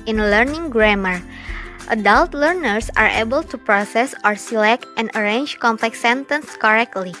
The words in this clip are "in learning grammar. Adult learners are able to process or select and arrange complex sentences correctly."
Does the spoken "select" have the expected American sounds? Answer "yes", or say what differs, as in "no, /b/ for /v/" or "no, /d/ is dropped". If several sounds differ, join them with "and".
yes